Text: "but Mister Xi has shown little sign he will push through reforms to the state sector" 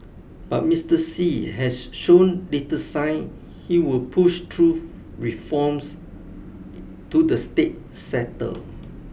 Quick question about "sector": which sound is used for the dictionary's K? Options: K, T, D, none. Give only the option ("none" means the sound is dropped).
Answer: none